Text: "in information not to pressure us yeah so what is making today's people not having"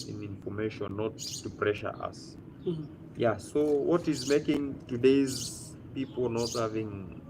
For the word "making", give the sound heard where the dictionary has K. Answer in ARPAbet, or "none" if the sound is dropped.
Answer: K